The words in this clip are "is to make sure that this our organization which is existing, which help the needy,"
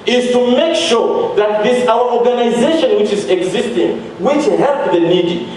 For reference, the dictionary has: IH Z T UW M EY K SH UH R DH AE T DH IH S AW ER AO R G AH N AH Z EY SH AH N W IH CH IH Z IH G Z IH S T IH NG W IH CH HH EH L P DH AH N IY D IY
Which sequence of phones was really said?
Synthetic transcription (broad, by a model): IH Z T UW M EY K SH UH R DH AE T DH IH S AW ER AO R G AH N AH Z EY SH AH N W IH CH IH Z IH G Z IH S T IH NG W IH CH HH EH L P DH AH N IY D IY